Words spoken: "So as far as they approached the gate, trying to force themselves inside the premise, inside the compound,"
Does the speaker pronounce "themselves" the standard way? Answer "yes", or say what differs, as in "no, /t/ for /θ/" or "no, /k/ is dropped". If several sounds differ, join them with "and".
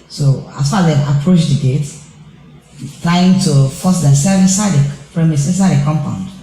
no, /l/ is dropped and /z/ is dropped